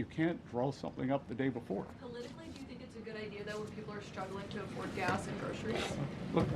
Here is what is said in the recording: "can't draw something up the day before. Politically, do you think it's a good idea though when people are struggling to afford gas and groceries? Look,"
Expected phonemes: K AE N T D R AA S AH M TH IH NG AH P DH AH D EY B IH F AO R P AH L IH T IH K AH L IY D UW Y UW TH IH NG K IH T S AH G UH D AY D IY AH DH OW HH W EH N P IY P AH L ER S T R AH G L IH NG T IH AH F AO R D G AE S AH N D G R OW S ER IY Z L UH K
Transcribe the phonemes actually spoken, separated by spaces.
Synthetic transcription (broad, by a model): K AE N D R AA S AH M TH IH NG AH P DH AH D EY B IH F AO R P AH L IH T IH K L IY D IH Y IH TH IH NG K IH T S AH G UH D AY D IY AH DH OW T W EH N P IY P L ER S T R AH G L IH NG T IH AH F AO R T G AE S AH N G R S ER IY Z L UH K